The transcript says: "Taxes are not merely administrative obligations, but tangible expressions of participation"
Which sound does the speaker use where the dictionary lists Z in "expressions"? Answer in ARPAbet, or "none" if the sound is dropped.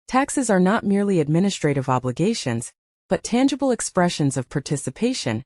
Z